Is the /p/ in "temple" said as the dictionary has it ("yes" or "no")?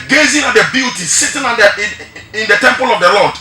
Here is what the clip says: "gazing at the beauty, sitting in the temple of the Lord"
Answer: yes